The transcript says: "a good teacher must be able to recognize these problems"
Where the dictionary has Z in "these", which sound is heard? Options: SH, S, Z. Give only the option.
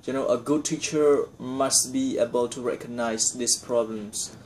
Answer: S